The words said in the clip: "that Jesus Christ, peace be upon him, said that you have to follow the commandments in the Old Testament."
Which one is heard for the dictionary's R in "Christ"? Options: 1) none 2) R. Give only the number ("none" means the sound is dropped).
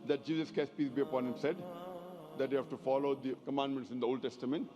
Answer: 1